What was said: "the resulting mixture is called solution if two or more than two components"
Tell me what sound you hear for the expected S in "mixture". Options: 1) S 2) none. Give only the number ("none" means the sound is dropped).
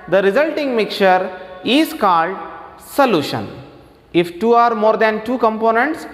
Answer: 2